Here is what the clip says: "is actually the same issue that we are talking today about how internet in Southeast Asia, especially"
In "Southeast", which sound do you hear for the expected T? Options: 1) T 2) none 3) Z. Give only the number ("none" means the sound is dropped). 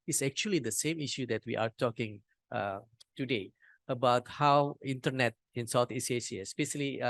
2